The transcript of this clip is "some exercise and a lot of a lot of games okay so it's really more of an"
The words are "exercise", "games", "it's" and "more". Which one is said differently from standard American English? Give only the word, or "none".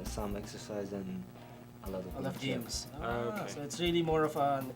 none